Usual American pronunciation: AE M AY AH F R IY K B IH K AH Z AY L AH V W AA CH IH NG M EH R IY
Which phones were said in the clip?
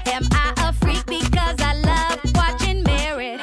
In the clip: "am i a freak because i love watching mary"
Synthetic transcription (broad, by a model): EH M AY AH F R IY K B IH K AH Z AY L AH V W AA CH IH NG M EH R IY